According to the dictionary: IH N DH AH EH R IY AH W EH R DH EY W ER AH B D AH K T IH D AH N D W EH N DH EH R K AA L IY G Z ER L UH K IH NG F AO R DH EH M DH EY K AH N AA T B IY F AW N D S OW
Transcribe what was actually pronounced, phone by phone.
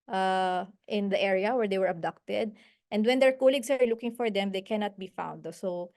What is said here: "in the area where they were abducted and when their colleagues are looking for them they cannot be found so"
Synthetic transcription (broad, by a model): IH N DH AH EH R IY AH W EH R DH EY W ER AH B D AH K T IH D AH N D W EH N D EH R K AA L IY G S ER L UH K IH NG F AO R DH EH M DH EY K AH N AA T B IY F AW N D S OW